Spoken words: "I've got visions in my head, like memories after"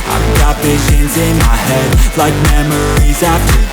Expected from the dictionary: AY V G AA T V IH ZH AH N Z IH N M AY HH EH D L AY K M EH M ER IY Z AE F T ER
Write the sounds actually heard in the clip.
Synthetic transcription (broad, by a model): AY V G AA T V IH ZH AH N Z IH N M AY HH EH D L AY K M EH M ER IY Z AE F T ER